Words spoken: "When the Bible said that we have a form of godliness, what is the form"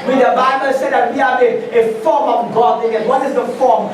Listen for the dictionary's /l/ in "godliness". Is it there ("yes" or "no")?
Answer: no